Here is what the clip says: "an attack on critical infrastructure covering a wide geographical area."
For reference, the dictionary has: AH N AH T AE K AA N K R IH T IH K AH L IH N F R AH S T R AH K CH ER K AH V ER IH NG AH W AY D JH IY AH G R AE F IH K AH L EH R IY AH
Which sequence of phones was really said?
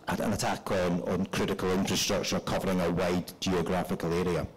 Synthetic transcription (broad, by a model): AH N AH T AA K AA N K R IH T IH K AH L IH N F R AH S T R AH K CH ER K AH V ER IH NG AH W AY D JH IY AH G R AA F IH K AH L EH R IY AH